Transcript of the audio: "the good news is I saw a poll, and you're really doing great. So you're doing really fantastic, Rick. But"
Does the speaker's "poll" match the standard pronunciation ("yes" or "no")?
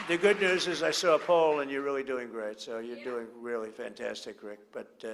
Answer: yes